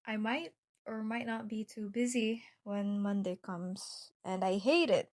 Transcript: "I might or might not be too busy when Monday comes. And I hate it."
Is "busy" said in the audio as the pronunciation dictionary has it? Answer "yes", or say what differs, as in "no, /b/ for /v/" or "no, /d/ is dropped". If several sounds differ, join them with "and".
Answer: yes